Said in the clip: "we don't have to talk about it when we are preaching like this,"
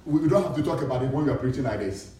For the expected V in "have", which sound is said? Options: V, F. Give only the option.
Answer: F